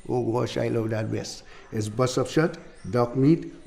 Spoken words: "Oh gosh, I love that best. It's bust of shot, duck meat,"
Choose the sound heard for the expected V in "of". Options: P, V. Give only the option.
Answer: P